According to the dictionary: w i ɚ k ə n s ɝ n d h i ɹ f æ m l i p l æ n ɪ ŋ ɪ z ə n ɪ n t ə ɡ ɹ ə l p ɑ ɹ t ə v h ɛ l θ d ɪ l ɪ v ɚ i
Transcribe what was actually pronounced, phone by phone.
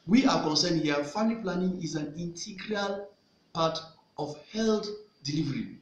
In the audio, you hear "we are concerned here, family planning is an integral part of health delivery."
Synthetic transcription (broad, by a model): w i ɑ k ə n s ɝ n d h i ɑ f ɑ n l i p l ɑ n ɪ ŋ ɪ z ə n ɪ n t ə ɡ ɹ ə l p ɑ t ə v h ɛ l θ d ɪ l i v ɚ i